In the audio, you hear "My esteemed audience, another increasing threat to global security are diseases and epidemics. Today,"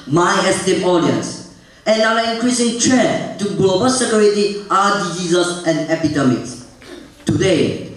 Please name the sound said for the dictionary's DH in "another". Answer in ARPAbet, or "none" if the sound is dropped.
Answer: none